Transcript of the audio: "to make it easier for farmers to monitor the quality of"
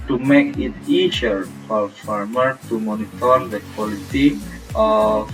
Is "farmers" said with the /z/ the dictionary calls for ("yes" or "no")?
no